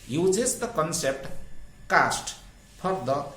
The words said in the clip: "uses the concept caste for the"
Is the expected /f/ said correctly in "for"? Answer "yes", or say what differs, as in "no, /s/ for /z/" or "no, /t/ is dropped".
no, /p/ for /f/